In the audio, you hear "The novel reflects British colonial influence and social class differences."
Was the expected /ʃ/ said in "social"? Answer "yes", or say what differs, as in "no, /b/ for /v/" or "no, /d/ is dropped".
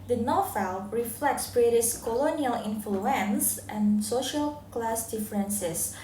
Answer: yes